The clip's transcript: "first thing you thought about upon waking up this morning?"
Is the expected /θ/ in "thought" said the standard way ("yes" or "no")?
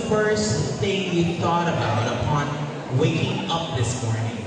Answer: yes